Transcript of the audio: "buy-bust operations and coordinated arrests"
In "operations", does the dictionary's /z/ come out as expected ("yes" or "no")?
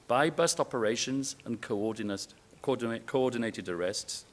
yes